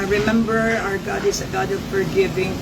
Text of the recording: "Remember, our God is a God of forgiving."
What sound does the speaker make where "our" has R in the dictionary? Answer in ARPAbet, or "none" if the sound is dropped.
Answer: R